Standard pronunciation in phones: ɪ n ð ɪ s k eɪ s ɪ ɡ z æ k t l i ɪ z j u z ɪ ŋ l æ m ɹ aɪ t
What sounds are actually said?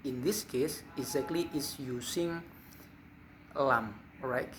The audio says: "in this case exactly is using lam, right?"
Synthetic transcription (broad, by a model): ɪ n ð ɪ s k eɪ s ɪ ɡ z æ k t l i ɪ s j u s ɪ ŋ l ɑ m ɹ aɪ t